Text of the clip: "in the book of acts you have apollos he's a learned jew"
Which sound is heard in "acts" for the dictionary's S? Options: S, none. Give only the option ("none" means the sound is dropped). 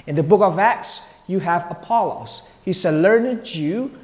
S